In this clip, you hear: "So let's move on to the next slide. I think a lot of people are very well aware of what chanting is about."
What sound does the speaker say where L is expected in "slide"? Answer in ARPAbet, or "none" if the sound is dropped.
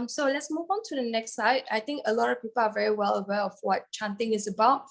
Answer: none